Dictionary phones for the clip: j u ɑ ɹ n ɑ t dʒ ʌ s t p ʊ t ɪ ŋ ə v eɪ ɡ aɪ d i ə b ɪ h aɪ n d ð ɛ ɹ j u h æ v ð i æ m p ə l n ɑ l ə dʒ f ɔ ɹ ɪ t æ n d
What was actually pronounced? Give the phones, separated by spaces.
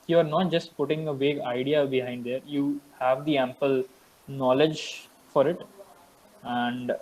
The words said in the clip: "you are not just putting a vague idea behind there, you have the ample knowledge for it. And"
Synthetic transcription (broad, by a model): j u ɑ ɹ n ɑ t dʒ ʌ s t p ʊ t ɪ ŋ ə v eɪ ɡ aɪ d i ə b ɪ h aɪ n d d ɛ ɹ j u h æ v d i æ m p ə l n ɑ l ə dʒ f ɔ ɹ ɪ t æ n d